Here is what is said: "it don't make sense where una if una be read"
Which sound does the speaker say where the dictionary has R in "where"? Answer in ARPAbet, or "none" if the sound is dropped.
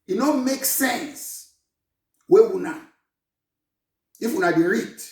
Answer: W